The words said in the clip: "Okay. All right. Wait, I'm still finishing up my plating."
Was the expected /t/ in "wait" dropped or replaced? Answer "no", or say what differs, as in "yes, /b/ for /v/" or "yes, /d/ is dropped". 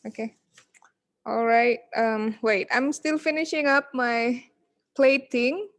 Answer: no